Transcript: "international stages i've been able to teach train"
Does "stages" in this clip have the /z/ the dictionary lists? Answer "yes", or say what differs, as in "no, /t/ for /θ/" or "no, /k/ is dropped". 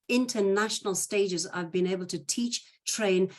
yes